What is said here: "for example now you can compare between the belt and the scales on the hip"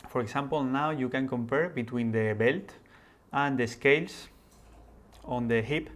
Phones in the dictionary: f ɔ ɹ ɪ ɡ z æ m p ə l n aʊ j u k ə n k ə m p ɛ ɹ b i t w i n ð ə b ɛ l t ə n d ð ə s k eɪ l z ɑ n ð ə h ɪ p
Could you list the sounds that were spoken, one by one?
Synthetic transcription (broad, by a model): f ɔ ɹ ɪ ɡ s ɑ m p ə l n aʊ j u k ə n k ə m p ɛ ɹ b i t w i n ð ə b ɛ l t ə n d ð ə s k eɪ l s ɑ n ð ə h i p